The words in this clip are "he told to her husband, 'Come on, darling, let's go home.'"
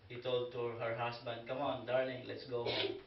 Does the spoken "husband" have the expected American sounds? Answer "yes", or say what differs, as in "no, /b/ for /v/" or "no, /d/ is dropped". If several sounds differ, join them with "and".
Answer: no, /s/ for /z/